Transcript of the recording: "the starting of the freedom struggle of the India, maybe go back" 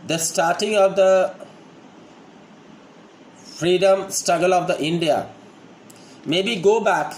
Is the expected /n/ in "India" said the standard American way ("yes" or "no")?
yes